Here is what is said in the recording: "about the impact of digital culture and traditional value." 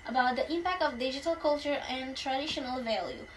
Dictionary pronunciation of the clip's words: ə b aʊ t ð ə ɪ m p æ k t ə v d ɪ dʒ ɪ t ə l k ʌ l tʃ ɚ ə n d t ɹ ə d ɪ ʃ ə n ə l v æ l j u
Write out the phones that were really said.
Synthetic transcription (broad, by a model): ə b aʊ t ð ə ɪ m p æ k t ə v d ɪ dʒ ɪ t ə l k ʌ l tʃ ɚ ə n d t ɹ ə d ɪ ʃ ə n ə l v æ l j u